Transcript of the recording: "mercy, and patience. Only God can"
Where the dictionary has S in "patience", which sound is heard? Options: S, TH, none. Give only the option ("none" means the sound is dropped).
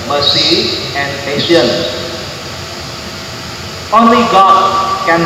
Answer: none